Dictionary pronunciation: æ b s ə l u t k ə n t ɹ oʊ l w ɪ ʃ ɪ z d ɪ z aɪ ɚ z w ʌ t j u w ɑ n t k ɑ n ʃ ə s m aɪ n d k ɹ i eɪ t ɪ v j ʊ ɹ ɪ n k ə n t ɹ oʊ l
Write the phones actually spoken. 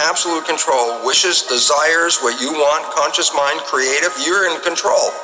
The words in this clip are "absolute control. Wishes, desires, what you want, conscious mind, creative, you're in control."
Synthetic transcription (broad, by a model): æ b s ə l u t k ə n t ɹ oʊ l w ɪ ʃ ɪ z d ɪ z aɪ ɚ z w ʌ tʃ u w ɑ n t k ɑ n ʃ ə s m aɪ n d k ɹ i eɪ t ɪ v j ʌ ɹ ɪ n k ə n t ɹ oʊ l